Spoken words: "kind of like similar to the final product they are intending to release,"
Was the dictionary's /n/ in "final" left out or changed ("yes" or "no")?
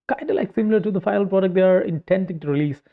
yes